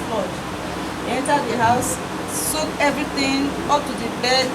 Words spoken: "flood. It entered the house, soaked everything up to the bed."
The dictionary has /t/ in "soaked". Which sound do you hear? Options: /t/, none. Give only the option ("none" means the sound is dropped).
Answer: none